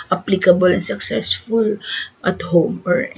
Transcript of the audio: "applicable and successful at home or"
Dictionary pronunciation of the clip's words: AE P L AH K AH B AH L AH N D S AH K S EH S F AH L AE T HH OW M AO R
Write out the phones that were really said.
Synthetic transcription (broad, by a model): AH P L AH K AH B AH L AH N S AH K S EH S F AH L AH T HH OW M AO R